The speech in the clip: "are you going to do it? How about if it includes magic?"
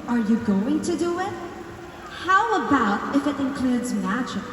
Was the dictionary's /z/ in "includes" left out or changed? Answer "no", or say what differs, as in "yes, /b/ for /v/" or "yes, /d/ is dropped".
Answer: no